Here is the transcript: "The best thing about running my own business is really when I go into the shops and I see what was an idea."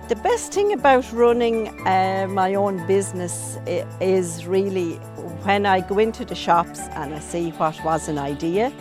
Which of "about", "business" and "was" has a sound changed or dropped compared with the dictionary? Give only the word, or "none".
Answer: none